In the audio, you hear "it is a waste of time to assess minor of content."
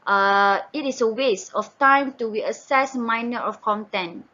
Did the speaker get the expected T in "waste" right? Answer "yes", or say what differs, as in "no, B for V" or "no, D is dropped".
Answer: no, T is dropped